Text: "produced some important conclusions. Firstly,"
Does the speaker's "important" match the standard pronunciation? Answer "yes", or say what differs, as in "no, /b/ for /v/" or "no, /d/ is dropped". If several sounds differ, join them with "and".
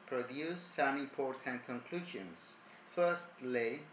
no, /m/ is dropped